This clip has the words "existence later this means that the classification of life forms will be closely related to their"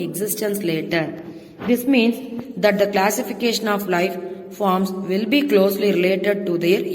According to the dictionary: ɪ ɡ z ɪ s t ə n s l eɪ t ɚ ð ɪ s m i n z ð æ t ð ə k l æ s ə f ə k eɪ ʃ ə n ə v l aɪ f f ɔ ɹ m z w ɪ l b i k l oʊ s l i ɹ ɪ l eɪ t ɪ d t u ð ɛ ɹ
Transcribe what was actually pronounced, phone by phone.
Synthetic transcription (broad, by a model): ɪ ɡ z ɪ s t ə n s l eɪ t ɚ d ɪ s m i n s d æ t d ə k l æ s ə f ə k eɪ ʃ ə n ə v l aɪ f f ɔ ɹ m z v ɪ l b i k l oʊ s l i ɹ ɪ l eɪ t ɪ d t u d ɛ ɹ